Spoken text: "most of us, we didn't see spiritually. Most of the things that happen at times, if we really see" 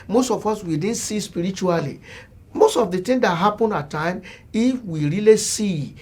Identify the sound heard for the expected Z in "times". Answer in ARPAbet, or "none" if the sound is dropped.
none